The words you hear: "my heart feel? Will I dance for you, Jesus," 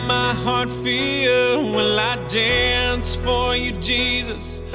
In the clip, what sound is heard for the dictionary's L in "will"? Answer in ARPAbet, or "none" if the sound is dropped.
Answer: N